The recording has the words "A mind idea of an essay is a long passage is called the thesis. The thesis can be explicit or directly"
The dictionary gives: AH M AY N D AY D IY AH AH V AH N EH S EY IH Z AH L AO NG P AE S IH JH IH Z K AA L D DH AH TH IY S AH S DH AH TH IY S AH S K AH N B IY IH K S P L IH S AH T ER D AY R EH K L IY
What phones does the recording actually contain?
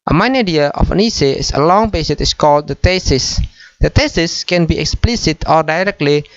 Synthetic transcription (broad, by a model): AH M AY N AY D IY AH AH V AH N EH S EY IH S AH L AO NG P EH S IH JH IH S K AA L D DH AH T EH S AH S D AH T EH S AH S K AH N B IY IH K S P L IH S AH T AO D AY R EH K L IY